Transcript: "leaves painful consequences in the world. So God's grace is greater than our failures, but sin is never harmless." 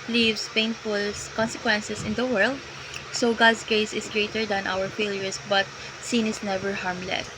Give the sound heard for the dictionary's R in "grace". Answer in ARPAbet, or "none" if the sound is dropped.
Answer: none